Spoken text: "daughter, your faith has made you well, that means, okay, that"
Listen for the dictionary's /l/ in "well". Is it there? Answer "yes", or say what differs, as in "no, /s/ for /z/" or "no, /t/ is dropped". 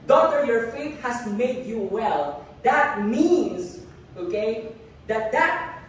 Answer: yes